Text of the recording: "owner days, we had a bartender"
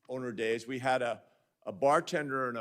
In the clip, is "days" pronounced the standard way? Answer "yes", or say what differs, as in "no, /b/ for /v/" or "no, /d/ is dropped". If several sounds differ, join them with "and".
yes